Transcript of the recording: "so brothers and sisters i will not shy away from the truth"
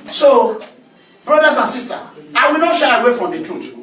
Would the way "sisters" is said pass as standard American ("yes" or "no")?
no